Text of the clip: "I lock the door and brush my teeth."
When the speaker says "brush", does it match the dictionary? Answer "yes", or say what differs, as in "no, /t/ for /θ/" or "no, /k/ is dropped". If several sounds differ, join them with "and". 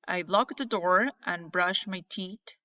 yes